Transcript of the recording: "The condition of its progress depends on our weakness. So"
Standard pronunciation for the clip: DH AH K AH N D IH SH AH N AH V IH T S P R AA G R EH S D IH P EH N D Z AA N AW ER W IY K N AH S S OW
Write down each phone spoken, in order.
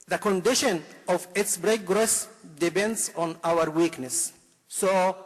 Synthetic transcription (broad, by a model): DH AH K AH N D IH SH AH N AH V IH T S B R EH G R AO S D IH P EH N D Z AA N AW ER W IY K N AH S S OW